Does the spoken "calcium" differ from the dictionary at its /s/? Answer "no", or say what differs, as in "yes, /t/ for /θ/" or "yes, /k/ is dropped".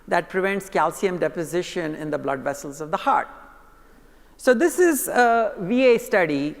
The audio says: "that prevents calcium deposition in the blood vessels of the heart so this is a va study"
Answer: no